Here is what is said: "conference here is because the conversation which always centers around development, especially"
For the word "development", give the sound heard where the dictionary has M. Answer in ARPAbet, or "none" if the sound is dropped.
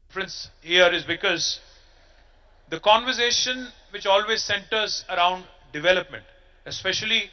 M